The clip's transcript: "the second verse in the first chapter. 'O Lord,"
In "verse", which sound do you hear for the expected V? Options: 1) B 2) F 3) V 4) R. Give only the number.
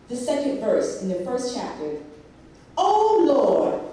3